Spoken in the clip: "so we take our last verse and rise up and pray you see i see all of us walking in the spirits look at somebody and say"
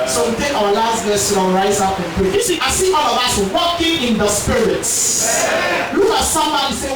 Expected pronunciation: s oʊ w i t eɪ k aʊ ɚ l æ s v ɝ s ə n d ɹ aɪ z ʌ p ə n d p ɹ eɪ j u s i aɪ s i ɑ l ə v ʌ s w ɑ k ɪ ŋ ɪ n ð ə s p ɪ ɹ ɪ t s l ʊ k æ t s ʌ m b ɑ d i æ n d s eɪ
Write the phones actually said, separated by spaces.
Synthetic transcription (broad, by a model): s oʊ w i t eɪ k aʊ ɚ l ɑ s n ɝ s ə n ɹ aɪ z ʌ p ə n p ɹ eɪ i s i aɪ s i ɑ l ə v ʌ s w ɑ k ɪ ŋ ɪ n ð ə s p ɪ ɹ ɪ t s l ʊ k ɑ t s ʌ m ɑ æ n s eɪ